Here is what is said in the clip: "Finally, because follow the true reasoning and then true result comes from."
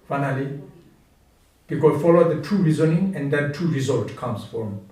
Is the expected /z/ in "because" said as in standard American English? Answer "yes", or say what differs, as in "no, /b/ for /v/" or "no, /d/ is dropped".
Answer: no, /z/ is dropped